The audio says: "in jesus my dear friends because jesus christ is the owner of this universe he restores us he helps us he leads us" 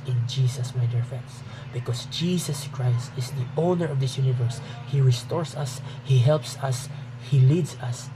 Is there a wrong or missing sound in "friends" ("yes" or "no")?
yes